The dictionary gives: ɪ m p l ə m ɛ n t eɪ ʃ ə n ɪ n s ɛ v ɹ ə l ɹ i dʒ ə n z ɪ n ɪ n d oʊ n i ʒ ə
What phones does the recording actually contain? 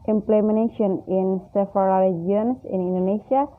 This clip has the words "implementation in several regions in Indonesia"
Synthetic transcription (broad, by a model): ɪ m p l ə m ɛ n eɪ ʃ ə n ɪ n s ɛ f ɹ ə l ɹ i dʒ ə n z ɪ n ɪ n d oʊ n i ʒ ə